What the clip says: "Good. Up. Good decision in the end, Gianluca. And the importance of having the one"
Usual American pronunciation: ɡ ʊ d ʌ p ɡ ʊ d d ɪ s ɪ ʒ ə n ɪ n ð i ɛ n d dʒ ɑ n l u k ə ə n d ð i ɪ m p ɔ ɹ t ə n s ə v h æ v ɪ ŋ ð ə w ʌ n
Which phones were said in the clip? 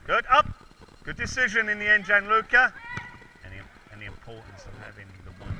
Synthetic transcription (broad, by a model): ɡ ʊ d ʌ p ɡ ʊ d d ɪ s ɪ ʒ ə n ɪ n ð i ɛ n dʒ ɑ n l u k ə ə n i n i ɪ p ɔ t n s ə v h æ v ɪ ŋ ð ə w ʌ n